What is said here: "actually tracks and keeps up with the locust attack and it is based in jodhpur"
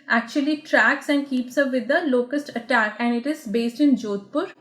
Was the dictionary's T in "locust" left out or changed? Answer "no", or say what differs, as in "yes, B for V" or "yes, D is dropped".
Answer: no